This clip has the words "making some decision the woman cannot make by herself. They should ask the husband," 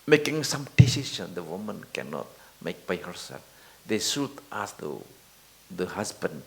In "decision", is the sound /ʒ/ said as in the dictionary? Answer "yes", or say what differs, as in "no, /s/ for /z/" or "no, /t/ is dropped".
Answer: no, /ʃ/ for /ʒ/